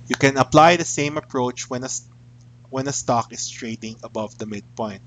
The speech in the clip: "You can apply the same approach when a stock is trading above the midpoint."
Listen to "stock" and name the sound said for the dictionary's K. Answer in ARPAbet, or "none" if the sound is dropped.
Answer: K